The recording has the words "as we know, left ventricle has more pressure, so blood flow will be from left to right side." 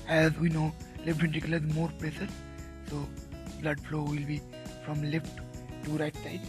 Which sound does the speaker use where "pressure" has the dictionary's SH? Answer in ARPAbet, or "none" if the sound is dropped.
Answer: S